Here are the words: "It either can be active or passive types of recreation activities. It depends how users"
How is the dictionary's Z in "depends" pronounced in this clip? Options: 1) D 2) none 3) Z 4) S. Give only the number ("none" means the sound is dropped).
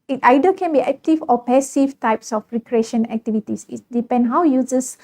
2